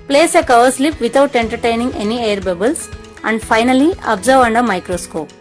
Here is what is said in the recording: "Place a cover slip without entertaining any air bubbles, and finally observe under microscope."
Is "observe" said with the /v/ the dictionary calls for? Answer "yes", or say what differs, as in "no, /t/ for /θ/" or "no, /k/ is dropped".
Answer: yes